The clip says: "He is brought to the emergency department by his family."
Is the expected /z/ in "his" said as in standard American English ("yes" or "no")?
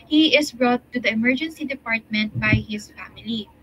no